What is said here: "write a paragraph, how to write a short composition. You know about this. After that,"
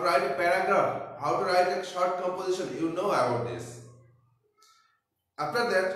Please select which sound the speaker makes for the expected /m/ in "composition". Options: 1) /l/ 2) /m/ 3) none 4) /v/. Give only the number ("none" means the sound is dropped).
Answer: 2